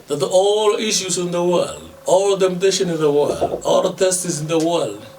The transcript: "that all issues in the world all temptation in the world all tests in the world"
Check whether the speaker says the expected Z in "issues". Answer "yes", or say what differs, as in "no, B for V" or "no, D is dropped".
no, S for Z